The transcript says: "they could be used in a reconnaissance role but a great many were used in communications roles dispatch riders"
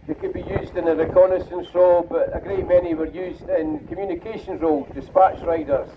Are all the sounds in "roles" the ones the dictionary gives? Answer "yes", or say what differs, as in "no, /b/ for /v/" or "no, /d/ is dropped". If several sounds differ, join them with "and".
no, /z/ is dropped